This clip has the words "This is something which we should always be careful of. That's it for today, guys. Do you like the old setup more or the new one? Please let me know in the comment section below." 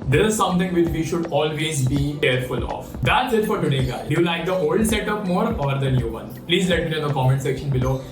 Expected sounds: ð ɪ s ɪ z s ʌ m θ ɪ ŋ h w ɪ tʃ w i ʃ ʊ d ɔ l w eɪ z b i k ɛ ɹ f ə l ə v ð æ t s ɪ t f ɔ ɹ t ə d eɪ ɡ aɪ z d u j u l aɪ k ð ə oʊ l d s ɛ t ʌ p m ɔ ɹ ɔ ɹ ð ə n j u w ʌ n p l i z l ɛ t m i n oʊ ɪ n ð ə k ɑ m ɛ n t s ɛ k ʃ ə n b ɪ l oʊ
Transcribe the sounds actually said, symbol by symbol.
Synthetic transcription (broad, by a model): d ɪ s ɪ z s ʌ m t ɪ ŋ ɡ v ɪ tʃ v i ʃ ʊ d ɔ l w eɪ z b i k ɛ ɹ f ə l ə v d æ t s ɪ t f ɔ ɹ t ə d eɪ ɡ aɪ d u j u l aɪ k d ə oʊ l d s ɛ t ʌ p m ɔ ɹ ɔ ɹ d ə n j u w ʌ n p l i z l ɛ t m i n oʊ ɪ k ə k ɑ m ɛ n t s ɛ k ʃ ə n b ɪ l oʊ